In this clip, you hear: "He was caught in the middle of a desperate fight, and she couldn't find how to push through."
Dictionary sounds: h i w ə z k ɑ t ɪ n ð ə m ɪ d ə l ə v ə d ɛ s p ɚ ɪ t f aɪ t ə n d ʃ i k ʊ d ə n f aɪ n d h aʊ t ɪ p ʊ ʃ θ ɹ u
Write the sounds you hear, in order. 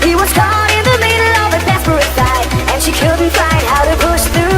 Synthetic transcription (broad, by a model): h i w ə z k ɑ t ɪ n ð ə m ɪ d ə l ə v ə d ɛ p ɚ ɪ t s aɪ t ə n ʃ i k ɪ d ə f aɪ n d h aʊ t ɪ p ʊ ʃ θ ɹ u